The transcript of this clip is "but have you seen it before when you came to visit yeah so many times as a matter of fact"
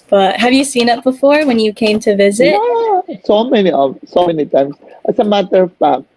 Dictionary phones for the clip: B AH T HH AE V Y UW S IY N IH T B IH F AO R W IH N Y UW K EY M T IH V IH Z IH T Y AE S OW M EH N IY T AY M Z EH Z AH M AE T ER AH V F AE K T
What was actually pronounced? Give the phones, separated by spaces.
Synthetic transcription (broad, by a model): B AH T HH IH V Y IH S IY N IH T B IH F AO R W IH N Y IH K EY M T IH V IH Z IH T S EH S OW M EH N IY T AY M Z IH S AH M AE T ER AH V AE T